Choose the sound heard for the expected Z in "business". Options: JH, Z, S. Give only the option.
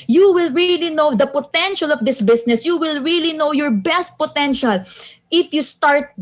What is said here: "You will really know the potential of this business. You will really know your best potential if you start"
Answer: S